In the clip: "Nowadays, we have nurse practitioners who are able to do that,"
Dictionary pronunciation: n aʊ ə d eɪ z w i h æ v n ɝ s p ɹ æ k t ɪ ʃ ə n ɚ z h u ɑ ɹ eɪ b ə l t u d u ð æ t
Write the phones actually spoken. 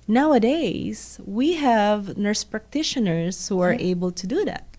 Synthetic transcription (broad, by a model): n aʊ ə d eɪ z w i h æ v n ɝ s p ɹ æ k t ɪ ʃ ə n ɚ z h u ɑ ɹ eɪ b ə l t u d u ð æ t